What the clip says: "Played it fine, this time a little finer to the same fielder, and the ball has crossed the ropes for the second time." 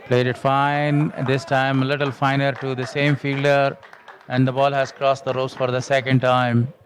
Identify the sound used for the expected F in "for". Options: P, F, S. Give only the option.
F